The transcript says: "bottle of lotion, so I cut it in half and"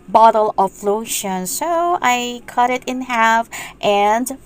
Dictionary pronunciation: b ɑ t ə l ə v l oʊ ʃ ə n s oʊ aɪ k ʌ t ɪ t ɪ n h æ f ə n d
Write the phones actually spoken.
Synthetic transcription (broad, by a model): b ɑ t l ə f l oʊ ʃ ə n s oʊ aɪ k ʌ t ɪ t ɪ n h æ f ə n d